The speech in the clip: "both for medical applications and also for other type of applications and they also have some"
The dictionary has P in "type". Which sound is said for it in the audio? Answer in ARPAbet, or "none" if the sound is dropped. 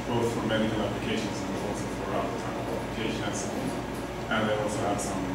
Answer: none